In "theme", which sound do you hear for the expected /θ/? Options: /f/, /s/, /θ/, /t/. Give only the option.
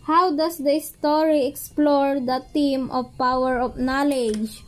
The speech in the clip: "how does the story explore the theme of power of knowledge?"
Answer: /t/